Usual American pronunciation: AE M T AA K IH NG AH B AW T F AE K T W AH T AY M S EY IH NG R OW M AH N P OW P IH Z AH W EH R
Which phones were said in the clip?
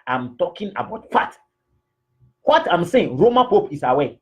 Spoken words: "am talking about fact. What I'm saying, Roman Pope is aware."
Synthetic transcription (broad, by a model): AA M T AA K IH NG AH B AW T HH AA T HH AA T AY M S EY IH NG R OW M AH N P OW P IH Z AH W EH